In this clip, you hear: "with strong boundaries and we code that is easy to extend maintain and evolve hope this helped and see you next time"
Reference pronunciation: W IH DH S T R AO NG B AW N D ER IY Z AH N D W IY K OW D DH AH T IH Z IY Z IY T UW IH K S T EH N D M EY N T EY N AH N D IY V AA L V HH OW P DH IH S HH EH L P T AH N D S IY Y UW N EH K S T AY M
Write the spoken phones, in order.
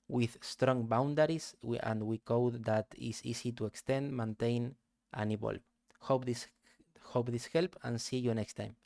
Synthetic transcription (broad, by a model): W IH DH S T R AO NG B AW N D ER IY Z AH N D W IY K OW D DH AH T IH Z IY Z IY T UW IH K S T EH N D M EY N T EY N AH N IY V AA L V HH OW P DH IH S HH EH L P AH N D S IY Y UW N EH K S T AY M